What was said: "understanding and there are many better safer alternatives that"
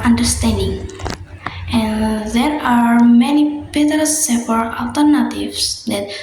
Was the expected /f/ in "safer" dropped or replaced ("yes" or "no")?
yes